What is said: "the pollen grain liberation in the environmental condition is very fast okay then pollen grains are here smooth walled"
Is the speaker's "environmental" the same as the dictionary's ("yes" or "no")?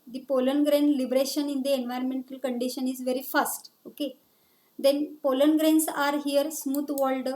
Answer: yes